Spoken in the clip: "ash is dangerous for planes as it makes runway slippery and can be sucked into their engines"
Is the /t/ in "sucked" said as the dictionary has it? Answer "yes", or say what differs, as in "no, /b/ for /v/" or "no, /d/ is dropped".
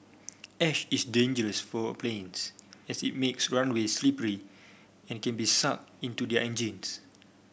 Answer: no, /t/ is dropped